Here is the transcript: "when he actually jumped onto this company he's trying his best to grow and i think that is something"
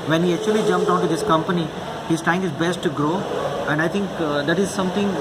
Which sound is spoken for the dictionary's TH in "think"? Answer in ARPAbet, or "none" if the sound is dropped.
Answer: T